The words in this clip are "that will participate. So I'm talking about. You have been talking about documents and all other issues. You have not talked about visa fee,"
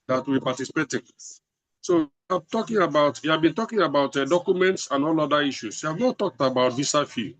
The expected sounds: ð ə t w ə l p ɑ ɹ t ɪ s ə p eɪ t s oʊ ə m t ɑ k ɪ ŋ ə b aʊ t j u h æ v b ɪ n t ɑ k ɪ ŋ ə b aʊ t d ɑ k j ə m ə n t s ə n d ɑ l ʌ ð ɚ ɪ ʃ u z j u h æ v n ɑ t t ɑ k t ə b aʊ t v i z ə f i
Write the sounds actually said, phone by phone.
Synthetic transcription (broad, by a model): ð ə t w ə p ɑ t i s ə p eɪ t s oʊ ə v t ɑ k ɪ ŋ ə b aʊ t j u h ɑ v b ɪ n t ɑ k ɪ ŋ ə b aʊ t d ɑ k j ə m ə n t s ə n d ɑ l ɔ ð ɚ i ʃ u s j u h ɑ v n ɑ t t ɑ k t ə b aʊ t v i s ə f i